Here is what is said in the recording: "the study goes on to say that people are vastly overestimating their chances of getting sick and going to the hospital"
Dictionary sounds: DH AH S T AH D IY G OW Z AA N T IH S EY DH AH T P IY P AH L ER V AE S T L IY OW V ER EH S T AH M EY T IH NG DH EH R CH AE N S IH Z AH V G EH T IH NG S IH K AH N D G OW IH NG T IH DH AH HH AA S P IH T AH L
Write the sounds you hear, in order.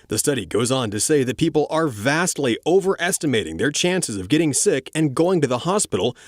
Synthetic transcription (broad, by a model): DH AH S T AH D IY G OW Z N T IH S EY DH AH T P IY P L ER V AE S T L IY OW V ER EH S T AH M EY T IH NG DH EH R CH AE N S IH Z AH V G EH T IH NG S IH K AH N G OW IH NG T IH DH AH HH AA S P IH T L